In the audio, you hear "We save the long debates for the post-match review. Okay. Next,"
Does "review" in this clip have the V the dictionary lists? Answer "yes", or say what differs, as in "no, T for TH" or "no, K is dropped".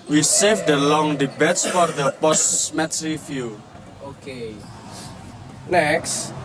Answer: no, F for V